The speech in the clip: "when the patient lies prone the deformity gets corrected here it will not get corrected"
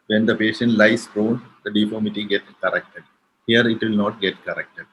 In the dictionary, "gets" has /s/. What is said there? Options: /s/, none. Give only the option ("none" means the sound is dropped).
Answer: none